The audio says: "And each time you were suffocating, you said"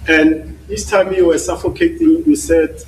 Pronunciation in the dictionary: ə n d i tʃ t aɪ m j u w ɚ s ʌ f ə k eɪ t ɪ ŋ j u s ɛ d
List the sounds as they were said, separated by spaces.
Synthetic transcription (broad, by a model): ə n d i s t aɪ m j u w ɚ s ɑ f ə k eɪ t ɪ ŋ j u s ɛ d